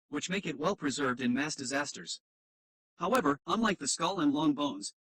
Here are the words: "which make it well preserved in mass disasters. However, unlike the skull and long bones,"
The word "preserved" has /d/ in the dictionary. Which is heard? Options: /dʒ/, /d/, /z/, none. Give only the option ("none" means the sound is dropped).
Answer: /d/